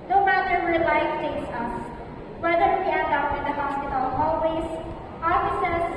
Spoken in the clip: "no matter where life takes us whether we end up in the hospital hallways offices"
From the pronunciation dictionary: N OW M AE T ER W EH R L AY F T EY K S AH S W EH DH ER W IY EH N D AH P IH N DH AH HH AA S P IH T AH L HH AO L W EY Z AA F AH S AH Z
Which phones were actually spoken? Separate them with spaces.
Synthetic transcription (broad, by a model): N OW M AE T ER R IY L AY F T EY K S AH S W EH DH ER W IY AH D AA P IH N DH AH HH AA S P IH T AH L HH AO L W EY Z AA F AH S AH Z